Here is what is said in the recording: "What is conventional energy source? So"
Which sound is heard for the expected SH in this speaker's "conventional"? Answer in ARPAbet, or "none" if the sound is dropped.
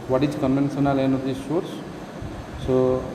S